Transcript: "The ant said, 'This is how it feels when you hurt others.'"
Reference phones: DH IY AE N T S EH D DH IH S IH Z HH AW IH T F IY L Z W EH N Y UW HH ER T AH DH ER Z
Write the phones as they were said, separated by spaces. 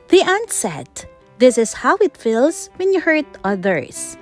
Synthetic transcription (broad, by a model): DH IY AE N T S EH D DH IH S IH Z HH AW IH T F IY L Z W EH N Y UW HH ER T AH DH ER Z